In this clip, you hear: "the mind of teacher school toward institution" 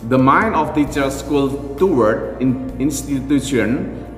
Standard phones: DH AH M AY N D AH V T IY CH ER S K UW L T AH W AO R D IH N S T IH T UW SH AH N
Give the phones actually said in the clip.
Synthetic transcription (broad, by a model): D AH M AY N AH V T IY CH ER S K UW L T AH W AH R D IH N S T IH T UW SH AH N